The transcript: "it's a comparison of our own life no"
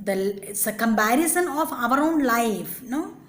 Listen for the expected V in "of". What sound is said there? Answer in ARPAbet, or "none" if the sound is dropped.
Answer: V